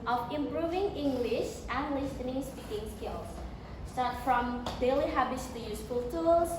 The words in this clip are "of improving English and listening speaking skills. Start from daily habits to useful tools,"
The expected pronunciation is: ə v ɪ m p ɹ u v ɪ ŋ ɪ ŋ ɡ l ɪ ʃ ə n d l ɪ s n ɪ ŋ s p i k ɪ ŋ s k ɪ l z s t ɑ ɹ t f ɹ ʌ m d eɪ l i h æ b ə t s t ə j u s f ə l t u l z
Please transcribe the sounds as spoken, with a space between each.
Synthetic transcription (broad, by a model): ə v ɪ m p ɹ u v ɪ ŋ ɪ ŋ ɡ l ɪ ʃ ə n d l ɪ s n ɪ ŋ s p i k ɪ ŋ s k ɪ l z s t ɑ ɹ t f ɹ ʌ m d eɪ l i h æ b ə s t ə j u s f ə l t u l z